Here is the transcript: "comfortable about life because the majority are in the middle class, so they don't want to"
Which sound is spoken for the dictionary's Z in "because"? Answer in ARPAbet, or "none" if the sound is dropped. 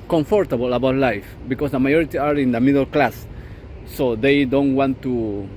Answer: S